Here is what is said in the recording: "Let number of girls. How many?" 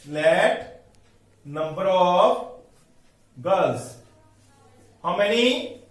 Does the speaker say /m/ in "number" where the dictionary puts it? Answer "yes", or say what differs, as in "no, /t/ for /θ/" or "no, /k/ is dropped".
yes